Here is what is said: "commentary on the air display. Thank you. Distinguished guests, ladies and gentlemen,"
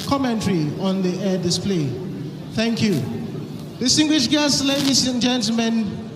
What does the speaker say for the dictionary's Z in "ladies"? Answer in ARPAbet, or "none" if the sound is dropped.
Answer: S